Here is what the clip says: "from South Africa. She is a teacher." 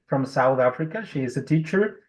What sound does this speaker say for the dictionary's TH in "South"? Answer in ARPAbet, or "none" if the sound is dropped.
TH